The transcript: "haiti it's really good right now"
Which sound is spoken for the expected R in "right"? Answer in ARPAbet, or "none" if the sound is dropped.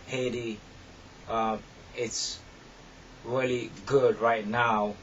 R